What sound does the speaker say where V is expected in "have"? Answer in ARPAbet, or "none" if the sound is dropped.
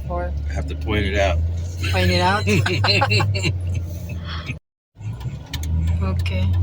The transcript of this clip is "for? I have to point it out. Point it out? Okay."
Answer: F